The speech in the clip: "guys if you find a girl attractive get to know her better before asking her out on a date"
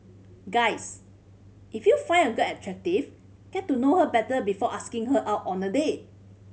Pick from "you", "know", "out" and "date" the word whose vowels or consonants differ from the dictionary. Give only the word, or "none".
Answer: date